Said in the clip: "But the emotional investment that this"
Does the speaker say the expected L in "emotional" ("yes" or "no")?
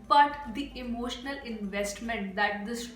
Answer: yes